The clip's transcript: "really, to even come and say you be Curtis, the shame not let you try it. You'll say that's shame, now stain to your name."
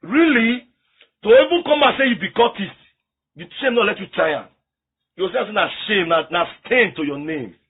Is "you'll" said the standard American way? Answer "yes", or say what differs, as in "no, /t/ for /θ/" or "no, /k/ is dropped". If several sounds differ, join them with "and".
no, /w/ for /l/